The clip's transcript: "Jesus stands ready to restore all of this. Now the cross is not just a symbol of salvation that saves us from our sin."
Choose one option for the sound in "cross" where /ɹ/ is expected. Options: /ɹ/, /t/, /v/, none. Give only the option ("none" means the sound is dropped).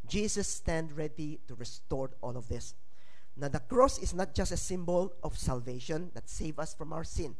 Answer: /ɹ/